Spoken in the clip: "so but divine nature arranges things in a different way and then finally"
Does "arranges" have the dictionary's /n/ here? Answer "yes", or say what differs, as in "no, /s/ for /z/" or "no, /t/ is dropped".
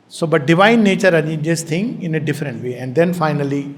no, /n/ is dropped